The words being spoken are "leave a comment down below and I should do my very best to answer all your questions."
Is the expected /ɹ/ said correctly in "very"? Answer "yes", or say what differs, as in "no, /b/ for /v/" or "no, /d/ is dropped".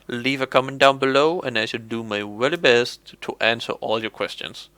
no, /l/ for /ɹ/